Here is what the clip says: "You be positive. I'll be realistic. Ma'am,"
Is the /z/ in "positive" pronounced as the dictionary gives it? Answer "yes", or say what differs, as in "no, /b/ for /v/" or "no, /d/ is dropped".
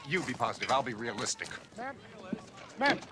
yes